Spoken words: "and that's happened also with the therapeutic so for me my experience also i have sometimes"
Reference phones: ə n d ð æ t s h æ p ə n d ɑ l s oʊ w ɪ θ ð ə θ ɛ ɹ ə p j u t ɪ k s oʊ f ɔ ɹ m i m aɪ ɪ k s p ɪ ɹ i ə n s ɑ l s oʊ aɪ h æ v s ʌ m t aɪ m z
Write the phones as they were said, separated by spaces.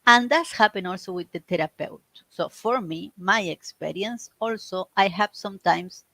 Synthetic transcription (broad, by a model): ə n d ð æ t s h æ p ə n ɑ l s oʊ w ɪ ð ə t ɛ ɹ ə p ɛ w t s oʊ f ɔ ɹ m i m aɪ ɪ k s p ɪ ɹ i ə n s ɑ l s oʊ aɪ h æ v s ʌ m t aɪ m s